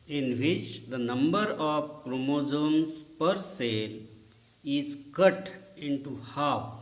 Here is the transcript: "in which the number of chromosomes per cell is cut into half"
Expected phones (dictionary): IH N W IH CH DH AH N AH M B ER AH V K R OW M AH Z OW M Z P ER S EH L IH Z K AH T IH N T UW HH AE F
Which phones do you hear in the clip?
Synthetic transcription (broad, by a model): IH N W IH CH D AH N AH M B ER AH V K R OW M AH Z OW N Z P ER S EH L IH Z K AH T IH N T UW HH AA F